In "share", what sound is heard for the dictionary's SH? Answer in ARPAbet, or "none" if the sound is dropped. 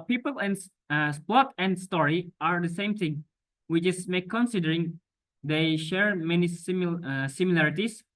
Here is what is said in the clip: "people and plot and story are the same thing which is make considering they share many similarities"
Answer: SH